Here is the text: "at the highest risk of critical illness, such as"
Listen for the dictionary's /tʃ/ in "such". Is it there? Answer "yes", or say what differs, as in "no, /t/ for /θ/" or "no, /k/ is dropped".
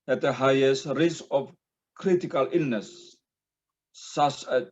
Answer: no, /s/ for /tʃ/